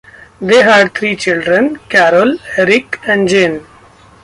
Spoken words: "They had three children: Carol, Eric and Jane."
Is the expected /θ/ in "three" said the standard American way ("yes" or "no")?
no